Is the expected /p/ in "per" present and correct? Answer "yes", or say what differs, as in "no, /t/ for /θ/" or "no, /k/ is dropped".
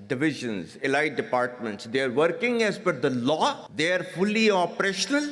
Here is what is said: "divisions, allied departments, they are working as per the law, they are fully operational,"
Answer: no, /f/ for /p/